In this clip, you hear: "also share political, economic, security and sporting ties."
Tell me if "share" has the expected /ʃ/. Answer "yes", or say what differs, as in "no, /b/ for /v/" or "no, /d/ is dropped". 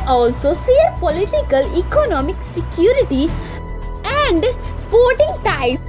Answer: no, /s/ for /ʃ/